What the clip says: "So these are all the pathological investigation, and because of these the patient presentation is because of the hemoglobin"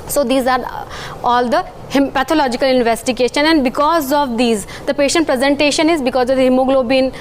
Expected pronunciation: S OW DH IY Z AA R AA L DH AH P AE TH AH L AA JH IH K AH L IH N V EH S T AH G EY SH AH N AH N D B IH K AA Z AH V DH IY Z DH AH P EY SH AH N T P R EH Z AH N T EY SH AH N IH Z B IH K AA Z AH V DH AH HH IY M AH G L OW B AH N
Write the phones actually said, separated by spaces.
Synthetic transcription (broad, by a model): S OW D IY Z AA R AA L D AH P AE T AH L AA JH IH K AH L IH N V EH S T AH G EY SH AH N AH N D B IH K AA Z AH V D IY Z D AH P EY SH AH N T P R EH Z AH N T EY SH AH N IH Z B IH K AA Z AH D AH HH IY M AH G L OW B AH N